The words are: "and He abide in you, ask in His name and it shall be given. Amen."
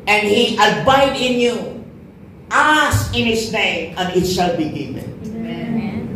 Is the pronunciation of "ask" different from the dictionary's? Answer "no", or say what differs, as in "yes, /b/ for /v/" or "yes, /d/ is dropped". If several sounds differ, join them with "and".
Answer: yes, /k/ is dropped